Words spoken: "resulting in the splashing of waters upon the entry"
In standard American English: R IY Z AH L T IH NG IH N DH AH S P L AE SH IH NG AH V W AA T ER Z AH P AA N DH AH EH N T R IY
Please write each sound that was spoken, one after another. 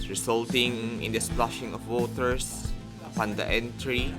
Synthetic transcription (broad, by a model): R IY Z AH L T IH NG IH N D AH S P L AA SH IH NG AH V W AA T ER S AH P AA N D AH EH N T R IY